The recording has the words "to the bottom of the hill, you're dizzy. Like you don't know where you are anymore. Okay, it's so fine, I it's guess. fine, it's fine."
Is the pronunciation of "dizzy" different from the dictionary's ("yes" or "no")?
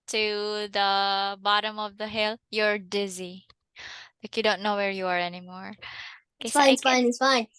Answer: no